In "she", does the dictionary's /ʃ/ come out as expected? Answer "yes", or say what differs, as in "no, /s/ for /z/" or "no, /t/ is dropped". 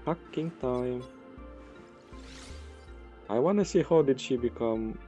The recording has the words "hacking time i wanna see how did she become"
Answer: yes